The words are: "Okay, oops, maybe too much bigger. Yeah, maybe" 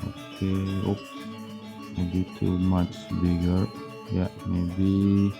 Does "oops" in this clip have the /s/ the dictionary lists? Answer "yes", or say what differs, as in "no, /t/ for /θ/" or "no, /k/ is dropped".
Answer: no, /s/ is dropped